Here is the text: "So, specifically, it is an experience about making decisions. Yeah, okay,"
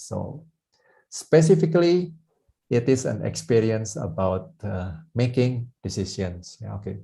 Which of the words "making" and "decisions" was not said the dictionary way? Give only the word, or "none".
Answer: decisions